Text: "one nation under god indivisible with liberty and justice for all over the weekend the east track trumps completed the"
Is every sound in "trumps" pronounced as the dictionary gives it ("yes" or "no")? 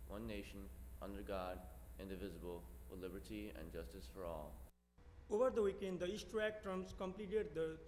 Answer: no